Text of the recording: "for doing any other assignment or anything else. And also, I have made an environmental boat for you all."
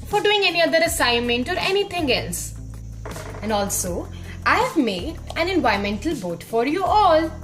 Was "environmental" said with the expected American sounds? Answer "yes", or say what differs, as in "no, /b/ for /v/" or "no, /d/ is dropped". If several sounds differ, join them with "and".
no, /ɹ/ is dropped and /n/ is dropped